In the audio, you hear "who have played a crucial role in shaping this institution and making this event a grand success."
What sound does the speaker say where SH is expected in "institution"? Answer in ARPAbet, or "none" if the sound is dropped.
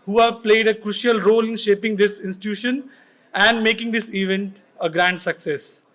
SH